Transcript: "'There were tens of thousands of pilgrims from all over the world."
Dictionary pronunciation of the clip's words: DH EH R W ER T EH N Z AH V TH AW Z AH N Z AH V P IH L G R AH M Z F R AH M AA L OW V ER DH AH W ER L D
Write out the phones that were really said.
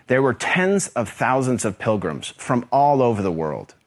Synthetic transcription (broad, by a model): DH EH R W ER T EH N Z AH V TH AW Z AH N Z AH V P IH L G R AH M Z F R AH M AA L OW V ER DH AH W ER L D